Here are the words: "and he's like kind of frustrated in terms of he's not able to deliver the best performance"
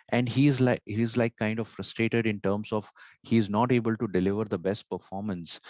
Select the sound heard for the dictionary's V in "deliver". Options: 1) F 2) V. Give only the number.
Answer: 2